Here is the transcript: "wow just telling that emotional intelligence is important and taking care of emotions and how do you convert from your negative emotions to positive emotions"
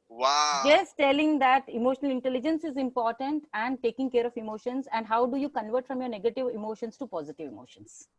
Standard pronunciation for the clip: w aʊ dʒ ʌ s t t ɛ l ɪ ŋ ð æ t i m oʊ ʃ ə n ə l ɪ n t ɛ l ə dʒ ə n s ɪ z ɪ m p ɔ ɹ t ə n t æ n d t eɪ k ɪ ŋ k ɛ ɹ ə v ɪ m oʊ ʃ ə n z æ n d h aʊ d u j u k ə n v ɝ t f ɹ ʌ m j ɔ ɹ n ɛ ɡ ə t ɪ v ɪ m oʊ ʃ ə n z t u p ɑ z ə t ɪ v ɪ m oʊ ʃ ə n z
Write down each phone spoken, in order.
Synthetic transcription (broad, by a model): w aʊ dʒ ʌ s t t ɛ l ɪ ŋ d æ t i m oʊ ʃ ə n ə l ɪ n t ɛ l ə dʒ ə n s ɪ z ɪ m p ɔ ɹ t ə n t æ n d t eɪ k ɪ ŋ k ɛ ɹ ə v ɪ m oʊ ʃ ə n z æ n d h aʊ d u j u k ə n v ɝ t f ɹ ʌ m j ɔ ɹ n ɛ ɡ ə t ɪ v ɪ m oʊ ʃ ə n s t u p ɑ z ə t ɪ v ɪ m oʊ ʃ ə n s